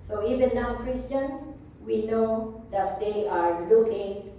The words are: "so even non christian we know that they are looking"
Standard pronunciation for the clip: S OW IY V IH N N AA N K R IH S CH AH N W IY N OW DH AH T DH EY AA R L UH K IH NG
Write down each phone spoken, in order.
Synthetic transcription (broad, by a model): S OW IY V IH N N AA K R IH S CH AH N W IY N OW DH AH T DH EY AA R L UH K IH NG